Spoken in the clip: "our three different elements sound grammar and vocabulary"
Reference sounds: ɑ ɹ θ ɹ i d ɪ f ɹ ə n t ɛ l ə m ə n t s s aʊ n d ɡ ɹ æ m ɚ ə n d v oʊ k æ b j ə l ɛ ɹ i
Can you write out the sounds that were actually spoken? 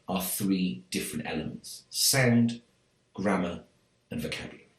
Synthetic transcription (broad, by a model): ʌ θ ɹ i d ɪ f ɹ ə n t ɛ l ə m ə n t s s aʊ n d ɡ ɹ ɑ m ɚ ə n v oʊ k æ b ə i